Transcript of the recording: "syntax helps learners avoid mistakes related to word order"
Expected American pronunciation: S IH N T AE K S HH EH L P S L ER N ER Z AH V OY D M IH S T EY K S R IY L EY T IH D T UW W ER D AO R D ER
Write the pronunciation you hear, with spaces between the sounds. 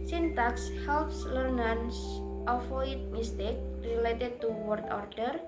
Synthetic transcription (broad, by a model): S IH N T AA K S HH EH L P S L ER N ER S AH F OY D M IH S T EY K R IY L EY T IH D T UW W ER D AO R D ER